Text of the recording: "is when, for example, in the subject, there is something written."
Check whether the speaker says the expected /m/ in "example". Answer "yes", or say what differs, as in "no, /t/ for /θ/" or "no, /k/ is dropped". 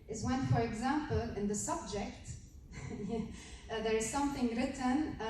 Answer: yes